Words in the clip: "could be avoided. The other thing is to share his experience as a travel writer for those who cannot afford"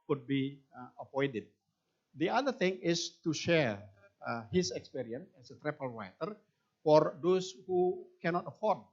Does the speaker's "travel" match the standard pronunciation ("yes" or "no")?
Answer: no